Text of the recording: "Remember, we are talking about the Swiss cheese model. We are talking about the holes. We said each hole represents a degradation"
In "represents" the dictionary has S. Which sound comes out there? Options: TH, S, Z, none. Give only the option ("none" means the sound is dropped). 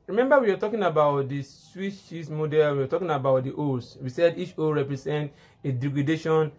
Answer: none